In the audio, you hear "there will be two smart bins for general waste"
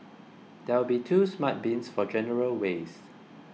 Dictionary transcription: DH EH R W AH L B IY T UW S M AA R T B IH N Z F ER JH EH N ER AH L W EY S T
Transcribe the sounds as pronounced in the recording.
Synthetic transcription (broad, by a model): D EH W AH L B IY T UW S M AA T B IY N S F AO JH EH N ER AH L W EY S